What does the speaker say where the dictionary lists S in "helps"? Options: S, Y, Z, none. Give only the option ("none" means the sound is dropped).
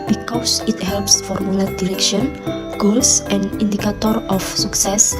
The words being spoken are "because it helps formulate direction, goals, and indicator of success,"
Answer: S